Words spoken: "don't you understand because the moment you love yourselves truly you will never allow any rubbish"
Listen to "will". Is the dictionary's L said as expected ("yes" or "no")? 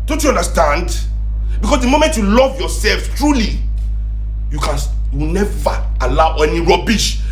no